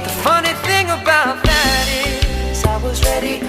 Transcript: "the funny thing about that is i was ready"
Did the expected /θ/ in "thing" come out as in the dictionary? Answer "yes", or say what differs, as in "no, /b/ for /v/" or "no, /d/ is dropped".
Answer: yes